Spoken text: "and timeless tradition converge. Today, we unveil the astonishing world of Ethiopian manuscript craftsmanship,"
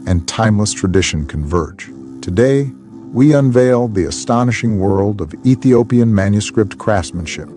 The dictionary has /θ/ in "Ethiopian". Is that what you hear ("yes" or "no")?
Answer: yes